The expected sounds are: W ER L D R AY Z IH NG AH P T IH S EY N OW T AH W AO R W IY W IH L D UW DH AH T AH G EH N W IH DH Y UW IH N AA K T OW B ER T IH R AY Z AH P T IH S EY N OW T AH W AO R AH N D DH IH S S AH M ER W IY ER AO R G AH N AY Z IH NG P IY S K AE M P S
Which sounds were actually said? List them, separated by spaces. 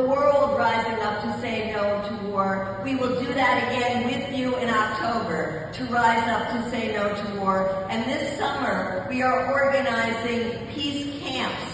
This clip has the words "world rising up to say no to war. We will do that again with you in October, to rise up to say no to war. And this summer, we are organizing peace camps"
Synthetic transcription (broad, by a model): W ER L D R AY Z IH NG AH P T IH S EY N OW T AH W AO R W IY W IH L D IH DH AH T AH G EH N W IH DH Y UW IH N AA K T OW B ER T IH R AY Z AH P T IH S EY N OW T AH W AO R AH N DH IH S S AH M ER W IY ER AO R G AH N AY Z IH NG P IY S K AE M P S